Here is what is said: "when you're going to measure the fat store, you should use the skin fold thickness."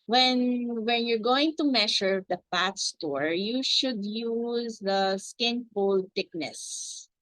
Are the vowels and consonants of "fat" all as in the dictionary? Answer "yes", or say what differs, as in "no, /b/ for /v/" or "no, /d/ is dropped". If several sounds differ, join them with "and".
no, /p/ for /f/